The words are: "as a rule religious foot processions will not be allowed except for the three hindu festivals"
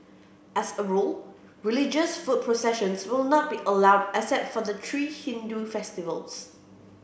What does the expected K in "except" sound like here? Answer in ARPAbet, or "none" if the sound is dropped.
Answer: none